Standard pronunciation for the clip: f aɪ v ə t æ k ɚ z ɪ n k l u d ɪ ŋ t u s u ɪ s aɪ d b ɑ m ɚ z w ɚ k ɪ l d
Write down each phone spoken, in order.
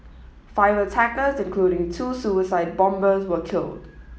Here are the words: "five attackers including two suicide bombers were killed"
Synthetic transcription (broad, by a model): f aɪ v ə t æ k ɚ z ɪ n k l u d ɪ ŋ t u s u ɪ s aɪ d b ɑ m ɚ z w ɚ k ɪ l d